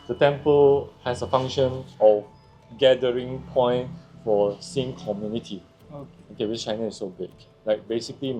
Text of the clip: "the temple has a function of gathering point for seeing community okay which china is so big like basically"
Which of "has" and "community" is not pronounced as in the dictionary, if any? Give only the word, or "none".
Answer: has